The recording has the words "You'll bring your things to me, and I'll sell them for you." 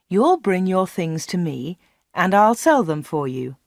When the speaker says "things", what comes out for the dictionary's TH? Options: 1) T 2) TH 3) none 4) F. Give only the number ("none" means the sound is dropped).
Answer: 2